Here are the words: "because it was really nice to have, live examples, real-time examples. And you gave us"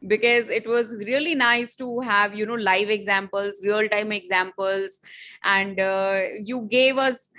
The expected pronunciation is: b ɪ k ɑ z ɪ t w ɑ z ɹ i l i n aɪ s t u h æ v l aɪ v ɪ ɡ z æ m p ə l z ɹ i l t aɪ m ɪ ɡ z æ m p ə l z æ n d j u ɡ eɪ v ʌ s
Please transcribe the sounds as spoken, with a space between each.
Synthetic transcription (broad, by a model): b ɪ k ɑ z ɪ t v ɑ z ɹ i l i n aɪ s t u h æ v l aɪ v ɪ ɡ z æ m p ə l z ɹ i l t aɪ m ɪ ɡ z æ m p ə l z æ n d j u ɡ eɪ v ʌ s